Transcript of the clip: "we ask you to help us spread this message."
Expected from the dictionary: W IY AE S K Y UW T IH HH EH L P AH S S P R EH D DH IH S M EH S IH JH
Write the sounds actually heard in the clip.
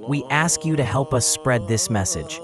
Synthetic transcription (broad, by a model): W IY AE S K Y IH T IH HH EH L P AH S S P R EH D DH IH S M EH S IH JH